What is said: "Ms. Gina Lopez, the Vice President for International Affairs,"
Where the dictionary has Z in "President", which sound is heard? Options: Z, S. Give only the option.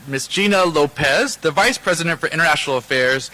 Z